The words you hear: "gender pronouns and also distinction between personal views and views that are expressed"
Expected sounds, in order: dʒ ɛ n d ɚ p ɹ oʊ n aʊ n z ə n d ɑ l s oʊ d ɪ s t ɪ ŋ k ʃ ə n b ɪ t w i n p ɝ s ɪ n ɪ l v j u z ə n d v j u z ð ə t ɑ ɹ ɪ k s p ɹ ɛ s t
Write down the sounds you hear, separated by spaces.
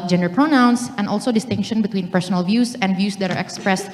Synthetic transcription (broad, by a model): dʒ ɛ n d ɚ p ɹ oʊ n aʊ n s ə n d ɑ l s oʊ d ɪ s t ɪ ŋ k ʃ ə n b ɪ t w i n p ɝ s ɪ n ɪ l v j u s ə n d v j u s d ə t ɑ ɹ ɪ k s p ɹ ɛ s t